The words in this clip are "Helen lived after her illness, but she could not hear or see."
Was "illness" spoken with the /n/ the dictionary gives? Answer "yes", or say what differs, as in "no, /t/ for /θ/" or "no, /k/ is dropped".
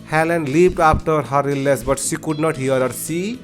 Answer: no, /n/ is dropped